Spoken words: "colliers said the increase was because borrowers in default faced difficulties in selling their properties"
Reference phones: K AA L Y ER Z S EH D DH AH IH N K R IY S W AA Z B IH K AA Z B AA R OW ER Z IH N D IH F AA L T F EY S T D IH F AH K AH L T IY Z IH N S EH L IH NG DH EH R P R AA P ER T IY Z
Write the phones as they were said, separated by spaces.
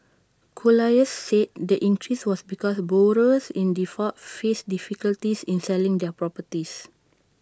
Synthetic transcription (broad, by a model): K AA L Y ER S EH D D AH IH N K R IY S W AA S B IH K AA S B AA R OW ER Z IH N D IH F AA T F EY S D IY F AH K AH L T IY S IH N S EH L IH NG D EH P R AA P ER T IY S